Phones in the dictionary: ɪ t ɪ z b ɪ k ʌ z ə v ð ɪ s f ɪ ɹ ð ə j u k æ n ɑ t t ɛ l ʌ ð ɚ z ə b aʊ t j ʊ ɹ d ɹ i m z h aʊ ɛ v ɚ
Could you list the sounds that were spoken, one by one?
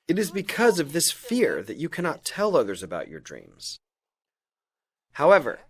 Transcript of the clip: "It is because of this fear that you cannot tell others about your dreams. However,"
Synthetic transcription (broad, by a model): ɪ t ɪ z b ɪ k ʌ z ə v ð ɪ s f ɪ ɹ ð ə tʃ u k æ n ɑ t t ɛ l ʌ ð ɚ z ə b aʊ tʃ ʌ ɹ d ɹ i m z h aʊ ɛ v ɚ